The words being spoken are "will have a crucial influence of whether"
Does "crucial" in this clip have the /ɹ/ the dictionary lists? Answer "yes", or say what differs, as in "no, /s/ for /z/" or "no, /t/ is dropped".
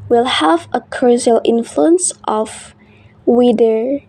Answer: no, /ɹ/ is dropped